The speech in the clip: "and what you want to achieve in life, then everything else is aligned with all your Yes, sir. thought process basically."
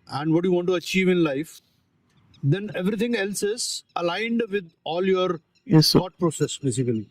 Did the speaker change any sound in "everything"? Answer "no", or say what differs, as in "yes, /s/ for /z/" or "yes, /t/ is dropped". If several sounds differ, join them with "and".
yes, /t/ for /θ/